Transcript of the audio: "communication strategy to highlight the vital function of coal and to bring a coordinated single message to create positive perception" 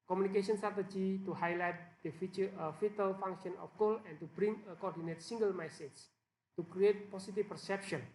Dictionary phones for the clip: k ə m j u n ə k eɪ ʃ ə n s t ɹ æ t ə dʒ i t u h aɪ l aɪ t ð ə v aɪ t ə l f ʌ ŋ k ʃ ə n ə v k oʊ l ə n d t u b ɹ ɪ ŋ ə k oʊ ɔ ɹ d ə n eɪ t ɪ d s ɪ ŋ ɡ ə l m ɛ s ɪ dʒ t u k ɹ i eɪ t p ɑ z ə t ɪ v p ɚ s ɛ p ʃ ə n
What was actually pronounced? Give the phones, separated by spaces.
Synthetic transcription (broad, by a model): k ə m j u n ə k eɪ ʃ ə n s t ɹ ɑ t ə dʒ i t u h aɪ l aɪ t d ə f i t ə l f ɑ ŋ k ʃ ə n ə f k oʊ l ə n t u b ɹ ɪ ŋ ə k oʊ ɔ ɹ d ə n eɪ t s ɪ ŋ ɡ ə l m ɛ s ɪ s t u k ɹ i eɪ t p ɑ s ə t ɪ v p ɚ s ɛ p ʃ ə n